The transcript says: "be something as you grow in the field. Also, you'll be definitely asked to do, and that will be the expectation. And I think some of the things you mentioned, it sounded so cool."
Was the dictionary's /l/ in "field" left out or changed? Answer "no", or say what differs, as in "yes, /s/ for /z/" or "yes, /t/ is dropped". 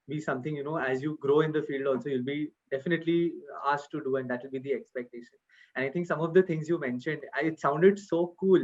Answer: no